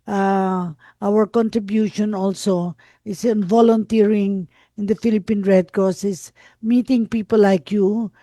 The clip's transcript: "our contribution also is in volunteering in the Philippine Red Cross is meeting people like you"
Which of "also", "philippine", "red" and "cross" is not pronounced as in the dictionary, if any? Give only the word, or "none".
cross